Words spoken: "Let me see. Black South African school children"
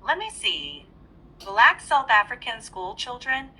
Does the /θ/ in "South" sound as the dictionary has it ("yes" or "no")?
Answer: yes